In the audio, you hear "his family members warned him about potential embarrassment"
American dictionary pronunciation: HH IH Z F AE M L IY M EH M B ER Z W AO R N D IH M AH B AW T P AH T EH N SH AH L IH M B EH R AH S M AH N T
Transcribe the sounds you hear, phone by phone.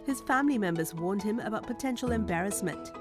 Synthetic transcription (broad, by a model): HH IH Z F AE M L IY M EH M B ER Z W AO R N D IH M AH B AW T P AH T EH N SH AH L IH M B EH R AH S M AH N T